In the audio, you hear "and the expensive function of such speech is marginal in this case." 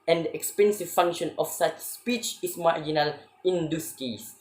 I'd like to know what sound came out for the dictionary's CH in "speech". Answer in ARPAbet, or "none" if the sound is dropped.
CH